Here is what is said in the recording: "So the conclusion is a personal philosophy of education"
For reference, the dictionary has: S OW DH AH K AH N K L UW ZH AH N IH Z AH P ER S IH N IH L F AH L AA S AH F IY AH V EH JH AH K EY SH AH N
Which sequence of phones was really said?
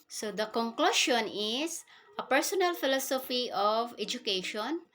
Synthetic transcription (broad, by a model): S OW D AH K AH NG K L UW SH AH N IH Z AH P ER S IH N IH L F AH L AA S AH F IY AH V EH JH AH K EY SH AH N